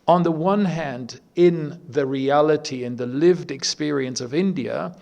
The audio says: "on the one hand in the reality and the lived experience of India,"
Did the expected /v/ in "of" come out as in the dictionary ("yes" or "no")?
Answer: yes